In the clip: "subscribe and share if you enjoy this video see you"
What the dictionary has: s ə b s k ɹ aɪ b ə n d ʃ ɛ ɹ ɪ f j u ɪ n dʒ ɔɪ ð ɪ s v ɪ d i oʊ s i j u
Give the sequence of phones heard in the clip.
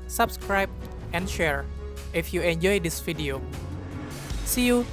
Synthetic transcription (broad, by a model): s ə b s k ɹ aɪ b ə n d ʃ ɛ ɹ ɪ f j u ɪ n dʒ ɔɪ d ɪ s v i d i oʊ s i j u